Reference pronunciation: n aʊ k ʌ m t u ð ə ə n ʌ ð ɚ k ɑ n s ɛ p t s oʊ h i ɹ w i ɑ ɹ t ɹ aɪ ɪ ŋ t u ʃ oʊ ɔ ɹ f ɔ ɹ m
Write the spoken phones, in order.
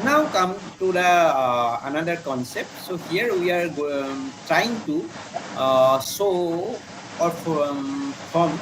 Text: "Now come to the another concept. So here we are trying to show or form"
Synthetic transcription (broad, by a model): n aʊ k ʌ m t u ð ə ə n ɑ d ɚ k ɑ n s ɛ p t s oʊ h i ɹ w i ɑ ɹ t ɹ aɪ ɪ ŋ t u s oʊ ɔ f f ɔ m